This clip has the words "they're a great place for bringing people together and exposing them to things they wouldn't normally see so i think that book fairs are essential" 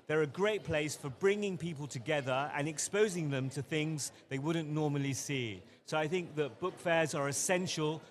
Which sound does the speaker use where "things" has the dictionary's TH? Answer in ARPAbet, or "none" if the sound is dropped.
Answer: TH